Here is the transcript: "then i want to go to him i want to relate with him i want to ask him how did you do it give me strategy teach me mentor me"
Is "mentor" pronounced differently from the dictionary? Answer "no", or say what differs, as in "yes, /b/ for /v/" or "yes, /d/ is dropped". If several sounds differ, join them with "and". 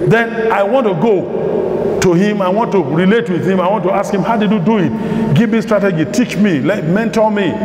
yes, /l/ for /ɹ/